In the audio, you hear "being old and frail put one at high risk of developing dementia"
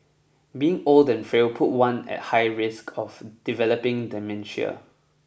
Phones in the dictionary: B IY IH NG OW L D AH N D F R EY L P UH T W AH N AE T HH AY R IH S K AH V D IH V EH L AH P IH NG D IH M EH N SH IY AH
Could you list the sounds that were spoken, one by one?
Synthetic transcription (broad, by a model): B IY IH NG OW L D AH N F R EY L P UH T W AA N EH T HH AY R IH S K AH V D IH V EH L AH P IH NG D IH M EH N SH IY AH